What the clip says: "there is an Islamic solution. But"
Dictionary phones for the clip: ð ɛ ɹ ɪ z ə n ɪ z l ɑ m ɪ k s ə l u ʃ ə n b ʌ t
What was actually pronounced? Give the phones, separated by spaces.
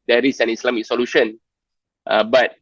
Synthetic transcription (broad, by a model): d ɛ ɹ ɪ s ə n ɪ s l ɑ m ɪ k s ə l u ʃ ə n b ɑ t